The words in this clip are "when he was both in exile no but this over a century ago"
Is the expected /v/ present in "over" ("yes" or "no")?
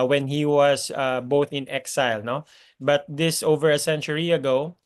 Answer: yes